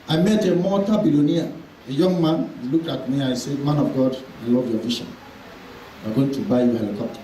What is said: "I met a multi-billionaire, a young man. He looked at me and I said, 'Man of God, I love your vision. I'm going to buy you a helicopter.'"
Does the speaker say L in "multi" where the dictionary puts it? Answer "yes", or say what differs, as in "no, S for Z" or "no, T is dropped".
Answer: no, L is dropped